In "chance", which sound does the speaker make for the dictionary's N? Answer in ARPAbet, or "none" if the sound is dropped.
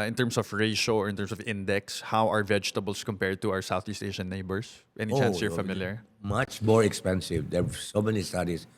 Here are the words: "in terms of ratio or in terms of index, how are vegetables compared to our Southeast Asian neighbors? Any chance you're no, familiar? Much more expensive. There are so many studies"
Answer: none